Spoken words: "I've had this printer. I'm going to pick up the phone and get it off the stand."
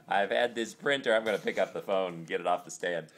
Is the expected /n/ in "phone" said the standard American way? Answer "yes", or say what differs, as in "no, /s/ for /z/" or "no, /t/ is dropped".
no, /n/ is dropped